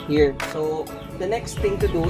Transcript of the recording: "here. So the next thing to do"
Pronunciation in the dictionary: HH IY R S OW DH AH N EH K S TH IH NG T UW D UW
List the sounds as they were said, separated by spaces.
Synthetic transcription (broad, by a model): HH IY R S OW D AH N EH K S T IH NG T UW D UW